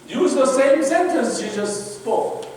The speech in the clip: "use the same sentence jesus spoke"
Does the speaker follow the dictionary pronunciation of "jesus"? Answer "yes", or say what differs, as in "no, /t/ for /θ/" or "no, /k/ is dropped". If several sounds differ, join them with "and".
no, /ʃ/ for /dʒ/